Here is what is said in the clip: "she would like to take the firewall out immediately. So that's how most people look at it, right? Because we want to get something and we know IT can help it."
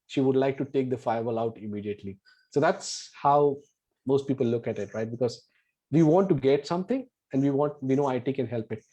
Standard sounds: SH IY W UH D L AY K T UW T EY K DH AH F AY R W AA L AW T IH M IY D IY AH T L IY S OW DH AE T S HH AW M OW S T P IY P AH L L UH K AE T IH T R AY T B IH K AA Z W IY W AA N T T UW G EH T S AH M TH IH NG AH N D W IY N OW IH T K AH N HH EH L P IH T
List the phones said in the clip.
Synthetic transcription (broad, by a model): SH IY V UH D L AY K T UW T EY K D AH F AY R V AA L AW T IH M IY D IY AH T L IY S OW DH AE T S HH AW M OW S T P IY P AH L L UH K AE T IH T R AY T B IH K AA Z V IY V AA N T T UW G EH T S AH M T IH NG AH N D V IY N OW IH T K AH N HH EH L P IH T